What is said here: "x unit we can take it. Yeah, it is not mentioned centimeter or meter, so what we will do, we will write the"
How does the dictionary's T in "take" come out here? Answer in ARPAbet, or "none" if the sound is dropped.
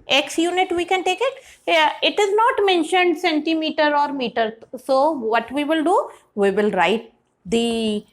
T